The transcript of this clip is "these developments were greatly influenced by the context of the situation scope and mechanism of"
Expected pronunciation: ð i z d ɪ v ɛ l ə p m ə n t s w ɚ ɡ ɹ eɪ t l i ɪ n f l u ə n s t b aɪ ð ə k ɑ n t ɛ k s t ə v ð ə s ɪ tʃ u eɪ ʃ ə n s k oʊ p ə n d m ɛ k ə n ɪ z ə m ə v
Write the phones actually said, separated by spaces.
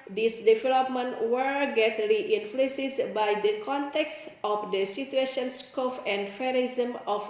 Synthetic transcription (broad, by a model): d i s d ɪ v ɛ l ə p m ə n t w ɚ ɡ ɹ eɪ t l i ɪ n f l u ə s b aɪ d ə k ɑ n t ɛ k s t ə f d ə s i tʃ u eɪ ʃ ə n s k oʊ f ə n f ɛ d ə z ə m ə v